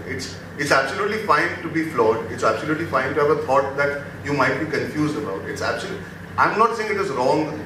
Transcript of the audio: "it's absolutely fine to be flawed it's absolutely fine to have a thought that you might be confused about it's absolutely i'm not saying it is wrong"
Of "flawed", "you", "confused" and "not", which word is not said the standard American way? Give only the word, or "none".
none